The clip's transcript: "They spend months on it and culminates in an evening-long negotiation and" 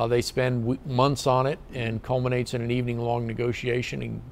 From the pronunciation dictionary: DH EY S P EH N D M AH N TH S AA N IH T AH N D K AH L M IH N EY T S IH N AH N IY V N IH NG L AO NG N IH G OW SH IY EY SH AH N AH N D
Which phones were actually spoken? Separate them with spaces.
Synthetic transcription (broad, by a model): DH EY S P EH N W M AH N TH S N IH T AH N K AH L M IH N EY T S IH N AH N IY V N IH NG L AO NG N IH G OW SH IY EY SH AH N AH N